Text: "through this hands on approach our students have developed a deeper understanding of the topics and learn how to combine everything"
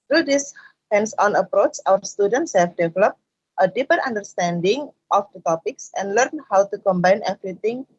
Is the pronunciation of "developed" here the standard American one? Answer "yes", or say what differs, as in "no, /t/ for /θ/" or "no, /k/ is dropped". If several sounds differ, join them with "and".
yes